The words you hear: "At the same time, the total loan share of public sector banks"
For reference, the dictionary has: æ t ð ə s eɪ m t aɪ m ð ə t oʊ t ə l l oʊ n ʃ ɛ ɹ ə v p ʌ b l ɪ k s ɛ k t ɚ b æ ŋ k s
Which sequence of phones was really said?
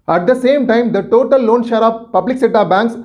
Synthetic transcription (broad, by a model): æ t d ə s eɪ m t aɪ m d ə t oʊ t ə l l oʊ n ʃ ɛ ɹ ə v p ʌ b l ɪ k s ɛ t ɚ b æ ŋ k s